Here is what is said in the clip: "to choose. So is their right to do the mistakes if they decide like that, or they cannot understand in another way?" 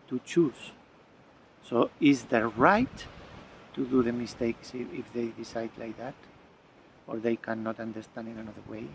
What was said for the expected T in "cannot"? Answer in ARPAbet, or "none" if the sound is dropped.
T